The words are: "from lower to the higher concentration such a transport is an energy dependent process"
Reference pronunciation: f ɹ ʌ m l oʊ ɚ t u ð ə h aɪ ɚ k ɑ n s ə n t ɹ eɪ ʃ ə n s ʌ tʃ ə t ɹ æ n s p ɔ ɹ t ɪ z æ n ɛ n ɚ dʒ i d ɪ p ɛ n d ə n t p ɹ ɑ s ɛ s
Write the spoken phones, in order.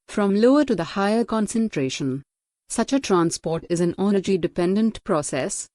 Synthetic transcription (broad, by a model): f ɹ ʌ m l oʊ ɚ t u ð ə h aɪ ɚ k ɑ n s ə n t ɹ eɪ ʃ ə n s ʌ tʃ ə t ɹ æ n s p ɔ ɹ t ɪ z æ n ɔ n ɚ dʒ i d ɪ p ɛ n d ə n t p ɹ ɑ s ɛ s